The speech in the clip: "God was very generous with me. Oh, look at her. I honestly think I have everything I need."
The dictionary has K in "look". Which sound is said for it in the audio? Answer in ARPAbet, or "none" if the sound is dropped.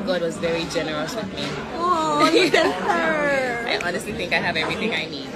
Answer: none